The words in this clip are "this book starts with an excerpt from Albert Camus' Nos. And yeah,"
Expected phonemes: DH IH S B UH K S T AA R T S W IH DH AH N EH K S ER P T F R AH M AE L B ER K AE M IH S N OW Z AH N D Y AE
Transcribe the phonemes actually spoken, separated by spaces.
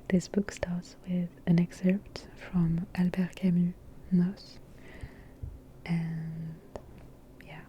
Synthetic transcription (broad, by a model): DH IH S B UH K S T AA R T S W IH DH AH N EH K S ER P T F R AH M AE L B ER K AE M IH N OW S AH N Y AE